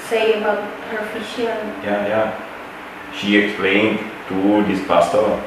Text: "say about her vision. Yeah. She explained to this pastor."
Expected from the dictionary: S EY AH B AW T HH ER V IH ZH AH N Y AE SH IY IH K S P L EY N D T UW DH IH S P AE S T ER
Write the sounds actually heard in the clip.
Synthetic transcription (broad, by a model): S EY AH B AW T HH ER F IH SH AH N Y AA SH IY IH K S P L EY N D T UW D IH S P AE S T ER